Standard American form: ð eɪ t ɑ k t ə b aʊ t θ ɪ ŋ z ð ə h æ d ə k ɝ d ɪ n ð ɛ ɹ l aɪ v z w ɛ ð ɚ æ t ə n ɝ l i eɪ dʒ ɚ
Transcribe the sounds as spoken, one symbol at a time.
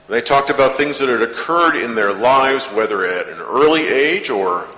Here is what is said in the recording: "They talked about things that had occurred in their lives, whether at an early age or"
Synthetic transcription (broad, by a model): ð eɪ t ɑ k t ə b aʊ t θ ɪ ŋ z ð ə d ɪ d ə k ɝ d ɪ n ð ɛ ɹ l aɪ v z w ɛ ð ɚ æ t ə n ɝ l i eɪ dʒ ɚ